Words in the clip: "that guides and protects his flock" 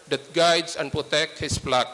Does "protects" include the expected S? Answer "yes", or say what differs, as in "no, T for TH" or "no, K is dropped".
no, S is dropped